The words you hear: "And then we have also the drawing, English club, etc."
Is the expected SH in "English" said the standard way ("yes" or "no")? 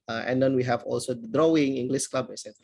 no